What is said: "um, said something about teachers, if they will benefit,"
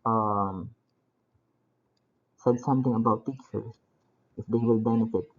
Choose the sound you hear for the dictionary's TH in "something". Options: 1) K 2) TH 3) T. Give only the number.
3